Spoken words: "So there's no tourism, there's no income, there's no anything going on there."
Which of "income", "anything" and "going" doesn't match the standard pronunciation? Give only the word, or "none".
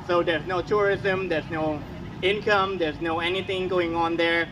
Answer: none